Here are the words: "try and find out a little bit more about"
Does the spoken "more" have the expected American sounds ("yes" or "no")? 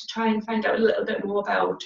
no